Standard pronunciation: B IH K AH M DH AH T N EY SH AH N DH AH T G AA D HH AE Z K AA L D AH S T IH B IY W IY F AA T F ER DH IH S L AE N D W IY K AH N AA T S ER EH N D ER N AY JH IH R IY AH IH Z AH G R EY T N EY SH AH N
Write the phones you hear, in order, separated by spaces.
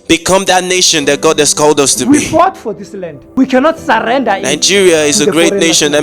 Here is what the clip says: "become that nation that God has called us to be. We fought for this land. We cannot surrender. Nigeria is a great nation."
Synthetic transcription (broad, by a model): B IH K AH M DH AH T N EY SH AH N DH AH T G AA D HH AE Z K AA L D AH S T IH W IY F AA T F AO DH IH S L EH N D W IY K AH N AA T S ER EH N D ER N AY JH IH R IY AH IH Z AH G R EY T N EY SH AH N